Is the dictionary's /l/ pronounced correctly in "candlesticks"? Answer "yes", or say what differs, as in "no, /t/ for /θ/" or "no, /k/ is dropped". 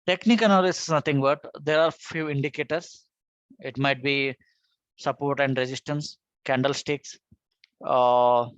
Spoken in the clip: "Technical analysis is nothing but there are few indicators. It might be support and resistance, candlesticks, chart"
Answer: yes